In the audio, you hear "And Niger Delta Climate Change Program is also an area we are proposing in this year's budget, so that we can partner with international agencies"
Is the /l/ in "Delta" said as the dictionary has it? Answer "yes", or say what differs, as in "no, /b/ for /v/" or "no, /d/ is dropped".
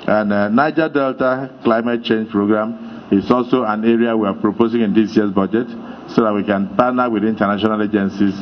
yes